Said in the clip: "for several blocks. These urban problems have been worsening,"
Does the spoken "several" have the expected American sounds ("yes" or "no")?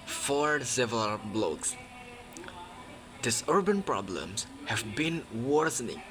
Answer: no